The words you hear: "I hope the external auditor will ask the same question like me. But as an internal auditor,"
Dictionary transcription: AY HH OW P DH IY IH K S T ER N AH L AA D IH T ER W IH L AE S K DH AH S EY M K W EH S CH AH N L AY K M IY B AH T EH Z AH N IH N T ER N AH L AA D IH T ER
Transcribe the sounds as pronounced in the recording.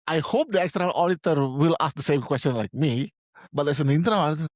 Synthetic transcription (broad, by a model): AY HH OW P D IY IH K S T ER AH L AA D IH T ER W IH L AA S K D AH S EY M K W EH S CH AH N L AY K M IY B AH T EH S AH N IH N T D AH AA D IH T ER